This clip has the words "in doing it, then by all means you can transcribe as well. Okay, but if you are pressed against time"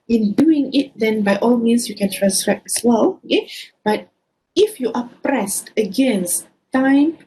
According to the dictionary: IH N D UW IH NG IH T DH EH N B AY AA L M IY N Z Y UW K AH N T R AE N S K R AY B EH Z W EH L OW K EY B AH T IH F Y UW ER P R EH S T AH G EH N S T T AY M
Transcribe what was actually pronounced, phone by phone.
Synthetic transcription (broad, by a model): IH N D UW IH NG IH T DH EH N B AY AA L M IY N S Y UW K AH N T R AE N S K R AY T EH S W EH L OW K EY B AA T IH F Y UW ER P R EH S T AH G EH N S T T AY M